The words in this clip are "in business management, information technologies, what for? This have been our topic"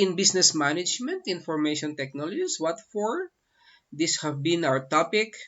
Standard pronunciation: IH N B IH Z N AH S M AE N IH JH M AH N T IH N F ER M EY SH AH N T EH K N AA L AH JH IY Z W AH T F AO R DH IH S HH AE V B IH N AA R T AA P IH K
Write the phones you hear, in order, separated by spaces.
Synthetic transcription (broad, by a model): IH N B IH S N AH S M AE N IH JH M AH N T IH N F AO M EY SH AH N T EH K N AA L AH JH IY S W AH T F AO R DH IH S HH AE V B IH N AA W T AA P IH K